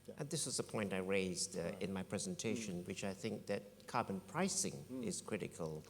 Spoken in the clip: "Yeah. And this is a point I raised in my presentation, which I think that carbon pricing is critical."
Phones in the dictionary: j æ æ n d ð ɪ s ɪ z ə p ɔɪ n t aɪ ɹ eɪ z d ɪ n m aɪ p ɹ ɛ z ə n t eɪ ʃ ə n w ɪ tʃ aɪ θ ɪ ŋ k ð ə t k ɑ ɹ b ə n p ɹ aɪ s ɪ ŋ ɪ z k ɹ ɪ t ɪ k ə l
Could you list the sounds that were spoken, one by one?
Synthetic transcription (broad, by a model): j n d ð ɪ s ɪ z ə p ɔɪ n t aɪ ɹ eɪ z d ɪ n m aɪ p ɹ ɛ z ə n t eɪ ʃ ə n w ɪ tʃ aɪ θ ɪ ŋ k ð ə t k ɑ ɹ b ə n p ɹ aɪ s ɪ ŋ ɪ z k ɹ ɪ t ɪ k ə l